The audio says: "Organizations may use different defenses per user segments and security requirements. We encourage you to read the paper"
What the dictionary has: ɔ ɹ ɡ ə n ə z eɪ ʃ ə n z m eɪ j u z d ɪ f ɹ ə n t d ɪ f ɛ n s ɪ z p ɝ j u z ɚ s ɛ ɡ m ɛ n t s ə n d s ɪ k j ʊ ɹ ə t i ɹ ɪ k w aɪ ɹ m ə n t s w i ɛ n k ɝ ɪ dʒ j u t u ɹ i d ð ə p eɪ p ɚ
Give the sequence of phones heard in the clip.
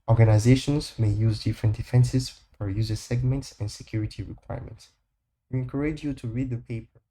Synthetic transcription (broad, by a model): ɔ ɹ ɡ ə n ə z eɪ ʃ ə n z m eɪ j u z d ɪ f ɹ ə n t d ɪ f ɛ n s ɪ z f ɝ j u z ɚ s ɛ ɡ m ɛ n t s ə n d s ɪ k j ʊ ɹ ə t i ɹ ɪ k w aɪ ɹ m ə n t s w i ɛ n k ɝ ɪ dʒ j u t u ɹ i d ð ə p eɪ p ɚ